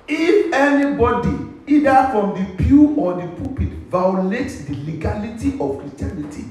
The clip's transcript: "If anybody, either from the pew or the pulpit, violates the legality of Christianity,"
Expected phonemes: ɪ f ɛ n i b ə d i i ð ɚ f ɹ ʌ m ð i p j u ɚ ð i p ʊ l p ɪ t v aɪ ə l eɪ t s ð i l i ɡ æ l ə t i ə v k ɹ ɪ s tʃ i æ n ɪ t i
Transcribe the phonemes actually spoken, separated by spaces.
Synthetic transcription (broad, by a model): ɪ f ɛ n i b ə d i i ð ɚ f ɹ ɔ m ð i p j u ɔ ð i p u p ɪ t v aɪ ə l eɪ t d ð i l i ɡ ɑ l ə t i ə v k ɹ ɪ s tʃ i n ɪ t i